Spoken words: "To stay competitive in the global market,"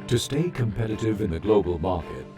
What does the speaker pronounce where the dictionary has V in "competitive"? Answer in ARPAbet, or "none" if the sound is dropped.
V